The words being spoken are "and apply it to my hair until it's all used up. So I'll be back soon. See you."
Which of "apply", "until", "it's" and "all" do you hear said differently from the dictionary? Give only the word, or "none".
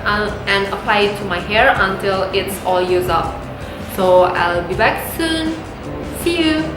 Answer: none